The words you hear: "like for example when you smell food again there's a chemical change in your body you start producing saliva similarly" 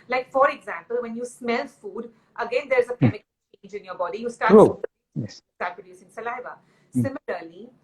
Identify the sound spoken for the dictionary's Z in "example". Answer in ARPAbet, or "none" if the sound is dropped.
Z